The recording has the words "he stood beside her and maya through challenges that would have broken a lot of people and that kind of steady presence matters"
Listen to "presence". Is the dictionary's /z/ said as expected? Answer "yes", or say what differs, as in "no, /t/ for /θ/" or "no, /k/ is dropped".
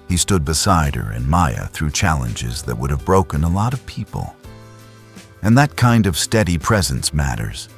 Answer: yes